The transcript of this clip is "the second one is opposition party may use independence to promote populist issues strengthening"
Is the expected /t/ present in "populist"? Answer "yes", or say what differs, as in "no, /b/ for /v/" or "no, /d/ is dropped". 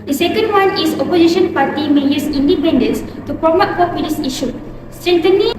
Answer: no, /t/ is dropped